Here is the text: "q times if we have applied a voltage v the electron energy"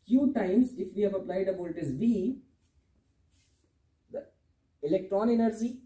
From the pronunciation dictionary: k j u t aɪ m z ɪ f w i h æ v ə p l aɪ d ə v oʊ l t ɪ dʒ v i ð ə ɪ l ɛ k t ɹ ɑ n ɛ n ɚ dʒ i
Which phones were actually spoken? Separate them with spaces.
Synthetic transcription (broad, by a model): k j u t aɪ m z ɪ f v i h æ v ə p l aɪ d ə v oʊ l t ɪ z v i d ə ɪ l ɛ k t ɹ ɑ n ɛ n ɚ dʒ i